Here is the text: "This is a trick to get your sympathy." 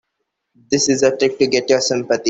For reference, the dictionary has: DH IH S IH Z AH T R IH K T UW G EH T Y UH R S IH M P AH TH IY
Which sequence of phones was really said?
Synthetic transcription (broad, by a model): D IH S IH Z AH T R IH K T UW G EH T Y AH R S IH M P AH T IY